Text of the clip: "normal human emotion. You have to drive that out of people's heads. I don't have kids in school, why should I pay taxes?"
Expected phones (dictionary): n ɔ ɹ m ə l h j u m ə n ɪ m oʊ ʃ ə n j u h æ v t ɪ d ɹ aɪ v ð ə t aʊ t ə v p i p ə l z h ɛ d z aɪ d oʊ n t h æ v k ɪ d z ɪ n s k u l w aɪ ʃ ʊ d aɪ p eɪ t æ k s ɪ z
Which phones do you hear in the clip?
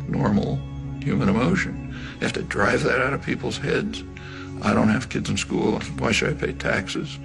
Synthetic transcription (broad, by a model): n ɔ ɹ m l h j u m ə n ɪ m oʊ ʃ ə n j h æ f t ɪ d ɹ aɪ v ð ə t aʊ t ə v p i p l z h ɛ d z aɪ d oʊ n t h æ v k ɪ d z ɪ n s k u l w aɪ ʃ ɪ d aɪ p eɪ t æ k s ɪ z